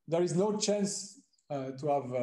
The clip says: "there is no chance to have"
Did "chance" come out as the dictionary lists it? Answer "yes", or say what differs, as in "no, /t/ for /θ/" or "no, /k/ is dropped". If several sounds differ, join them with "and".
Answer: yes